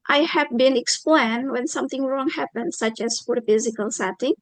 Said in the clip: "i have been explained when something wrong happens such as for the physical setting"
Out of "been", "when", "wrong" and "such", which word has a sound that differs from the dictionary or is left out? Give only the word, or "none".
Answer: none